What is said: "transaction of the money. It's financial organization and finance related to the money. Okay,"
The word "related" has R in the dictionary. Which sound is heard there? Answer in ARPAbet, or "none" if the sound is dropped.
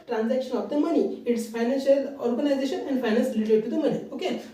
L